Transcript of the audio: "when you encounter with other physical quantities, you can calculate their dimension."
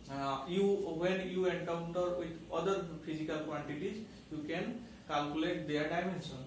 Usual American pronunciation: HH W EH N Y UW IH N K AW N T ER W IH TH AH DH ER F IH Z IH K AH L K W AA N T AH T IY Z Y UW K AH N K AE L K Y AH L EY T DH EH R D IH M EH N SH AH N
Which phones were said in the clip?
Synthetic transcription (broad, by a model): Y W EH N Y UW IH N K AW N T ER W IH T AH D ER P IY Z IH K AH L K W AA N T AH T IY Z Y UW K AH N K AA L K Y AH L EY T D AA R D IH M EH N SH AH N